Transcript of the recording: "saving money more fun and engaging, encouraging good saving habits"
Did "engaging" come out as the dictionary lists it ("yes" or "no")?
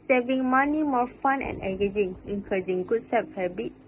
no